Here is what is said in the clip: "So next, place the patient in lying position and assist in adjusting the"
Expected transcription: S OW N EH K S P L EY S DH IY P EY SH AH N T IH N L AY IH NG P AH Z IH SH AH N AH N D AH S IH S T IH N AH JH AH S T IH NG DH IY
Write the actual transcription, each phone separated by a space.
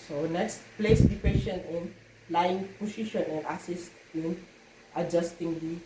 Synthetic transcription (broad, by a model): S OW N EH K S P L EY S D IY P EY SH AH N IH N L AY IH NG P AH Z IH SH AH N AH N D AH S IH S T IH N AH JH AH S T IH NG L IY